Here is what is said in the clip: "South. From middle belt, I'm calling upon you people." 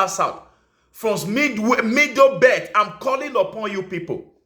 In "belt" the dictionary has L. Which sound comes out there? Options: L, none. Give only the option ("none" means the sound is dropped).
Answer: none